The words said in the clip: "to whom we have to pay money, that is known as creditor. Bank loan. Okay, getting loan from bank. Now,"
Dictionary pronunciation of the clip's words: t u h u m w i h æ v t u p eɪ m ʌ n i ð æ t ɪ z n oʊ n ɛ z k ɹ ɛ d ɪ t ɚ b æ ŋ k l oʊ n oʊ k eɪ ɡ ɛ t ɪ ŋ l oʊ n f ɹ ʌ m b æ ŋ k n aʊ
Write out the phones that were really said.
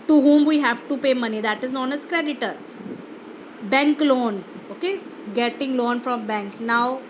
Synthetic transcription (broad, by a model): t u h u m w i h æ v t u p eɪ m ʌ n i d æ t ɪ z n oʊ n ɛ s k ɹ ɛ d ɪ t ɚ b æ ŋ k l oʊ n oʊ k eɪ ɡ ɛ t ɪ ŋ l oʊ n f ɹ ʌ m b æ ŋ k n aʊ